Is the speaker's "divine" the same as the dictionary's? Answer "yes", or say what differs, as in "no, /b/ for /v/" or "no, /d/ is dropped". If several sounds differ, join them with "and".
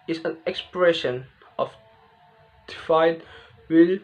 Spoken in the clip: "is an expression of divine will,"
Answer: no, /f/ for /v/